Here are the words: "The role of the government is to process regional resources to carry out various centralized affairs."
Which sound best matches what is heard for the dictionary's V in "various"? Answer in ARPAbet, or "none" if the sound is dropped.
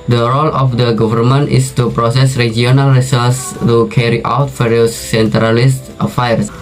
F